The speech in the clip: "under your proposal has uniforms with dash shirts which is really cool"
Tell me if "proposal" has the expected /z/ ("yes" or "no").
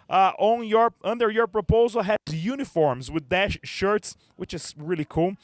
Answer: yes